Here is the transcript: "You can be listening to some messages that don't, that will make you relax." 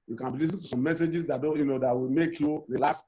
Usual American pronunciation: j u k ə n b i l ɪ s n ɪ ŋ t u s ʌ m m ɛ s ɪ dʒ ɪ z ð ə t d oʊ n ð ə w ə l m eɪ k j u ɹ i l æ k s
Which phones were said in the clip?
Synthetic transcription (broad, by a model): j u k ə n b i l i s ɪ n t u s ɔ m m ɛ s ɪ dʒ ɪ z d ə t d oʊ n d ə w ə m eɪ k j u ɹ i l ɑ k s